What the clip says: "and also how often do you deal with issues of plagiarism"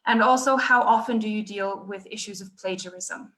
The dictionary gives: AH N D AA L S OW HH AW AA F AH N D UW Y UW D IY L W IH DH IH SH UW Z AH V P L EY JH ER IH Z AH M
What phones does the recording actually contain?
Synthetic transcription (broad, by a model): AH N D AA L S OW HH AW AA F AH N D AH Y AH D IY L W IH DH IH SH UW Z AH V P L EY JH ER IH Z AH M